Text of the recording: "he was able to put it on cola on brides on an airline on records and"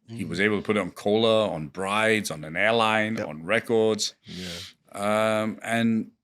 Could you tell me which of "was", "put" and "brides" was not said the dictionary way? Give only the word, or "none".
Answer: none